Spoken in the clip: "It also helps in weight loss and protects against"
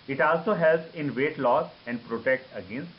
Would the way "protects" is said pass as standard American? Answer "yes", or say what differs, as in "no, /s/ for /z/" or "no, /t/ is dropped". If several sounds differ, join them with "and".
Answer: no, /s/ is dropped